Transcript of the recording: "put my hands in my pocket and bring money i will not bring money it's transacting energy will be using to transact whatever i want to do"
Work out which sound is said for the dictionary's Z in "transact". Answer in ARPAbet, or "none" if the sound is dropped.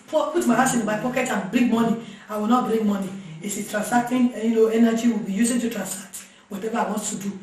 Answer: S